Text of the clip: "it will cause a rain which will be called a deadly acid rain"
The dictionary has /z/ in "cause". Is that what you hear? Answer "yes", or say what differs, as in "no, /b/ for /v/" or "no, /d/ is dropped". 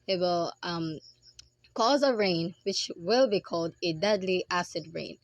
yes